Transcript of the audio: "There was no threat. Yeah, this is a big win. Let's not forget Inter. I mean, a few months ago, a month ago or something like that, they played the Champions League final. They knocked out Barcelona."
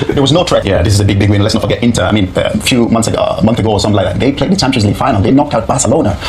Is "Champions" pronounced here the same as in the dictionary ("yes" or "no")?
no